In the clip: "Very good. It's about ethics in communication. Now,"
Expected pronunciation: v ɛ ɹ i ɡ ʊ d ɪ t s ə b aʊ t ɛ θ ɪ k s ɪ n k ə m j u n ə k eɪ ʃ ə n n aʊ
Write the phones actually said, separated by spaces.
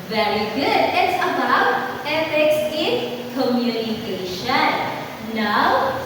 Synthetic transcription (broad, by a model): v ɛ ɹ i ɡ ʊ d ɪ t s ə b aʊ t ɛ f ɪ k s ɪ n k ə m j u n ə k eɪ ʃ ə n n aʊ